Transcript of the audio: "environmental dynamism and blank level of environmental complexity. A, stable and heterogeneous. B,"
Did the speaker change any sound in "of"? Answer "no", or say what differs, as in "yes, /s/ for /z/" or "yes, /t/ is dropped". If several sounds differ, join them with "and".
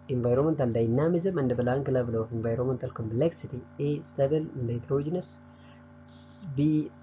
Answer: yes, /f/ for /v/